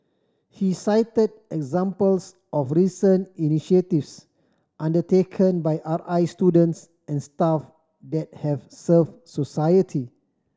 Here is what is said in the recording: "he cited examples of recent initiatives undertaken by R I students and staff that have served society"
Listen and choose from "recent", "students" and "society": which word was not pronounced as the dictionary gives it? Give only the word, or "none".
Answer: recent